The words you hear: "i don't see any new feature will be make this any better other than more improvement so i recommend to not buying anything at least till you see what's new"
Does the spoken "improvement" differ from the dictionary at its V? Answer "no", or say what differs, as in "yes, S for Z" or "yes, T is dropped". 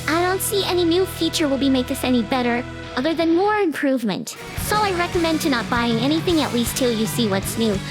no